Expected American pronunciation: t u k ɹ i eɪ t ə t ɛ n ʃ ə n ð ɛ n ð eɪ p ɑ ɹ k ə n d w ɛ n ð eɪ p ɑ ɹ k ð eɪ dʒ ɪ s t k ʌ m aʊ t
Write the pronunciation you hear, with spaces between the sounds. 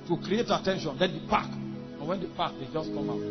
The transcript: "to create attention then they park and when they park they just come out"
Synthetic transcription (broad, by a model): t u k ɹ i eɪ t ə t ɛ n ʃ ə n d ɛ n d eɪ p ɑ k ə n w ɛ n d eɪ p ɑ k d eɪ dʒ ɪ s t k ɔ m aʊ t